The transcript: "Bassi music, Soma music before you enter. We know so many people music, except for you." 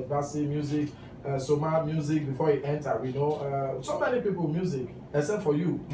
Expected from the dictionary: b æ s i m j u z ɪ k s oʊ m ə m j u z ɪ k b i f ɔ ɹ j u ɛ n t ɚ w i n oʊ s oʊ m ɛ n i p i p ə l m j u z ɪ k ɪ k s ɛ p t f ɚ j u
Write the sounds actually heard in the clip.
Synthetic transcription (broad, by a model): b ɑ s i m j u z ɪ k s oʊ m ə m j u z ɪ k b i f ɔ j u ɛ n t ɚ w i n oʊ s oʊ m ɛ n i p i p ə l m j u z ɪ k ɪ s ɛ t f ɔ j u